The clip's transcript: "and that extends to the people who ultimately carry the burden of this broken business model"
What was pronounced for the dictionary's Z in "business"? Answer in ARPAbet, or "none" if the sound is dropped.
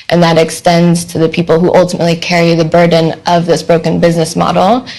Z